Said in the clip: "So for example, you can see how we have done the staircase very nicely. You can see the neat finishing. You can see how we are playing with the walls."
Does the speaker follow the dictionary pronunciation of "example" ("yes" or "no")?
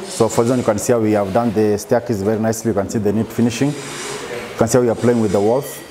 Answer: no